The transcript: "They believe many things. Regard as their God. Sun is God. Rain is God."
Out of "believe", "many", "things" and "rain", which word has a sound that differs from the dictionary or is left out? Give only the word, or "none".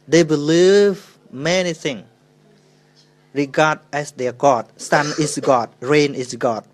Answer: things